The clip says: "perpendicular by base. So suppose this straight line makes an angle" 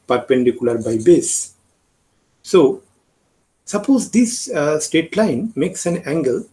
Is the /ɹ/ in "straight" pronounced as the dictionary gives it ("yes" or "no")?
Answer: no